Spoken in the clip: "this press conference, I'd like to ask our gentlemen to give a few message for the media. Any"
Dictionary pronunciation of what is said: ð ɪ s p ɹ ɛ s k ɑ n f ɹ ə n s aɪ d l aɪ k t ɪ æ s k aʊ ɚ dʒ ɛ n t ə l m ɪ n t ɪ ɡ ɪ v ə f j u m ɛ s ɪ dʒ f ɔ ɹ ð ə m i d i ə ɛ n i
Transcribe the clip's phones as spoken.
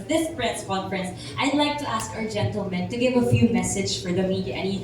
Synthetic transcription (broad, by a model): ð ɪ s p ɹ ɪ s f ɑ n p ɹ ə n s aɪ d l aɪ k t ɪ æ s k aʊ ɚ dʒ ɛ n t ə l m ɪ n t ɪ ɡ ɪ v ə f j u m ɛ s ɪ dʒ f ɔ ɹ ð ə m i d i ə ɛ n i